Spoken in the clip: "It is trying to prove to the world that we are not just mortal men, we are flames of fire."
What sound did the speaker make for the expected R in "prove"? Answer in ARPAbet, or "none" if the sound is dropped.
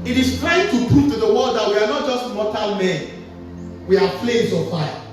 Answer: none